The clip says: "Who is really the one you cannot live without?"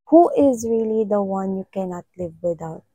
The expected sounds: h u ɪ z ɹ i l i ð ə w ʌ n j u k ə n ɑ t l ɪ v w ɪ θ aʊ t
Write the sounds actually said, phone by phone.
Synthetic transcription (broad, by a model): h u ɪ z ɹ i l i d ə w ʌ n j u k ə n ɑ t l ɪ v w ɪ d aʊ t